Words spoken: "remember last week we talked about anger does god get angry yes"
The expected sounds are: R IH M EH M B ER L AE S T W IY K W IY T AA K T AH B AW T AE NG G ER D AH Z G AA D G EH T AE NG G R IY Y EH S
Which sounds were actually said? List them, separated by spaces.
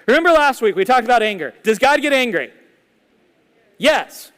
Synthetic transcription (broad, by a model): R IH M EH M B ER L AE S T W IY K W IY T AA K T AH B AW T AE NG G ER D AH Z G AA D G EH T AE NG G R IY Y EH S